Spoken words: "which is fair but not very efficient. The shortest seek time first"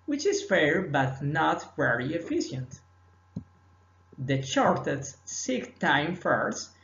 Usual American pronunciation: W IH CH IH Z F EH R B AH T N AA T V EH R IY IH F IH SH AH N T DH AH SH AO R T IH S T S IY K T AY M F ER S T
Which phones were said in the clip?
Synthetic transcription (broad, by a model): W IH CH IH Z F EH R B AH T N AA T V EH R IY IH F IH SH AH N T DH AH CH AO R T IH T S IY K T AY M F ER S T